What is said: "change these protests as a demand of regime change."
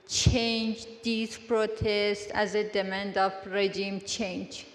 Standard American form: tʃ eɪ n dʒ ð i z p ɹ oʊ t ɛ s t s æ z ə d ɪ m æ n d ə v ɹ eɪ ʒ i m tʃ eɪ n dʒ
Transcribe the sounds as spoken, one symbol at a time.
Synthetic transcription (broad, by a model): tʃ eɪ n dʒ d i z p ɹ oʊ t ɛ s t æ z ə d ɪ m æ n d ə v ɹ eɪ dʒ i m tʃ eɪ n dʒ